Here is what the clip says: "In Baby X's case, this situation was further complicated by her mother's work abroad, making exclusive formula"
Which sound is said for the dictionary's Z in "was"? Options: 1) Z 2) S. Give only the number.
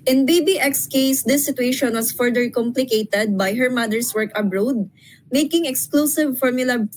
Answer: 2